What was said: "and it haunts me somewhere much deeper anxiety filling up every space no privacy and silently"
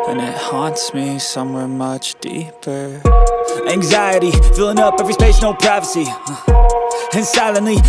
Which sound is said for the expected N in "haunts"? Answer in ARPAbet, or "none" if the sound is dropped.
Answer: N